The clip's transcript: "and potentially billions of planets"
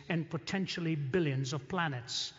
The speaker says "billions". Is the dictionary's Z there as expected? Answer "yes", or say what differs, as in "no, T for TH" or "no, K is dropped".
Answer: yes